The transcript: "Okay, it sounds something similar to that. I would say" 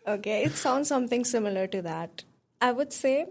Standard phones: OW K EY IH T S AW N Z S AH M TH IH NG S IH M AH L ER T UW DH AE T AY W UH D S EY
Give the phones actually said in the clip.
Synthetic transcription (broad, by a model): OW K EY IH T S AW N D S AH M T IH NG S IH M AH L ER T UW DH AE T AY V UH D S EY